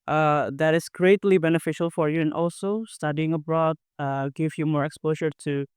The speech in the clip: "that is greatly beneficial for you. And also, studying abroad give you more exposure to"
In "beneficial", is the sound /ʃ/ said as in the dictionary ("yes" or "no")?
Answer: yes